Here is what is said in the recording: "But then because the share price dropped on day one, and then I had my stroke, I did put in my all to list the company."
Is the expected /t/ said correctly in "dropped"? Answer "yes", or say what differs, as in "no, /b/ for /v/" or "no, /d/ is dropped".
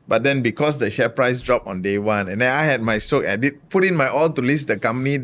no, /t/ is dropped